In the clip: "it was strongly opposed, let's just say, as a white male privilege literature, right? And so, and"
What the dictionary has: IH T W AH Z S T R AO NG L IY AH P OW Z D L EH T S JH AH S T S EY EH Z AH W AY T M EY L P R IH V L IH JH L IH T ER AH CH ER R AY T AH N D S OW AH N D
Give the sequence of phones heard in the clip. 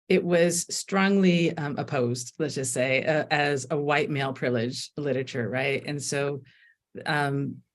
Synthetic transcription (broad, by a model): IH T W AH Z S T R AO NG L IY AH P OW Z D L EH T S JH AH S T S EY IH Z AH W AY T M EY L P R IH L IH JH L IH T ER AH CH ER R AY T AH N S OW AH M